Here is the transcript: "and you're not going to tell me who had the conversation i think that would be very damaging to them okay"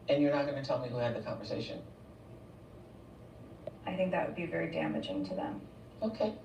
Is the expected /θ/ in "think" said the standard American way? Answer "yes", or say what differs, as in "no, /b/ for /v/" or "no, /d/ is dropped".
yes